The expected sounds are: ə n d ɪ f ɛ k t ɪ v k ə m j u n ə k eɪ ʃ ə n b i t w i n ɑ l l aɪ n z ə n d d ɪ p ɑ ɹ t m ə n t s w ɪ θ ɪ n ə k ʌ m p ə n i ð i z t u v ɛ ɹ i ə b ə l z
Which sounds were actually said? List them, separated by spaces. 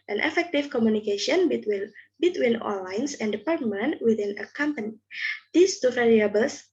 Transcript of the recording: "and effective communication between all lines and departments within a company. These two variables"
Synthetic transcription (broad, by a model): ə n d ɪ f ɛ k t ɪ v k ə m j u n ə k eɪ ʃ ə n b i t w i n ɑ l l aɪ n s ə n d d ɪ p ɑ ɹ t m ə n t w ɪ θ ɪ n ə k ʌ m p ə n i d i s t u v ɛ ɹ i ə b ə l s